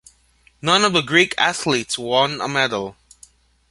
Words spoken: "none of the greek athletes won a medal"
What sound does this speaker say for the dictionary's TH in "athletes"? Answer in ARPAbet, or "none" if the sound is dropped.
TH